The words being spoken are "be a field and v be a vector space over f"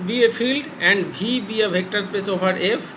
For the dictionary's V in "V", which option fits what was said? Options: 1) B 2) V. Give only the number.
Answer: 1